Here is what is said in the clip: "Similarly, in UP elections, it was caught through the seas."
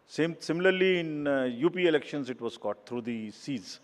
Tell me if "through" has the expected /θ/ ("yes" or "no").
no